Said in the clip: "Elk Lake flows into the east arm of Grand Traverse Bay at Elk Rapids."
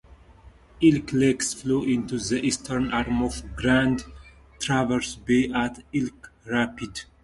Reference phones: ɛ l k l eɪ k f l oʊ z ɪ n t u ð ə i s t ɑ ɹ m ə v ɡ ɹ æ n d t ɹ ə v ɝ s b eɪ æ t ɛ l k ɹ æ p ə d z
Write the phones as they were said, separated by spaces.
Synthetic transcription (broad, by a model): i l k l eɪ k f l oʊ ɪ n t u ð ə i s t ɑ ɹ m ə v ɡ ɹ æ n d t ɹ ə v ɝ s b eɪ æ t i l k ɹ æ p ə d